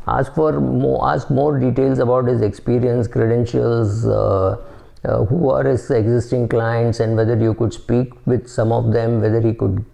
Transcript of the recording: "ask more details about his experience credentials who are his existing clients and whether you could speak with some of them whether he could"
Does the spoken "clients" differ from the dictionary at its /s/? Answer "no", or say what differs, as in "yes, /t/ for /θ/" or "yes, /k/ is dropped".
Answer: no